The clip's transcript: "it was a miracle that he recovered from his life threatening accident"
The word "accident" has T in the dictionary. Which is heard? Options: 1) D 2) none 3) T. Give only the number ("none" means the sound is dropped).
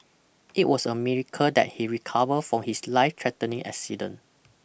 2